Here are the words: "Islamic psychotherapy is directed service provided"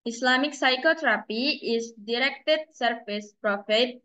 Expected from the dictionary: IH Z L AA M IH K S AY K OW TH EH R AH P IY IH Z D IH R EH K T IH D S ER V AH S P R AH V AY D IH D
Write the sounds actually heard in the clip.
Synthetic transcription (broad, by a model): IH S L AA M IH K S AY K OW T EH R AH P IY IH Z D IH R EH K T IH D S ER F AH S P R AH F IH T